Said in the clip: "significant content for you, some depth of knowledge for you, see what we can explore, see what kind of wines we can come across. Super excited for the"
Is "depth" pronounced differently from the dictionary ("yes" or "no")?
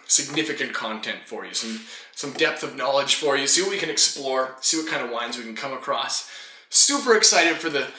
no